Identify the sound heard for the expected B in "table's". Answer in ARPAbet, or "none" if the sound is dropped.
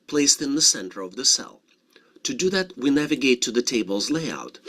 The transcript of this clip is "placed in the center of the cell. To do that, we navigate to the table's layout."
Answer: B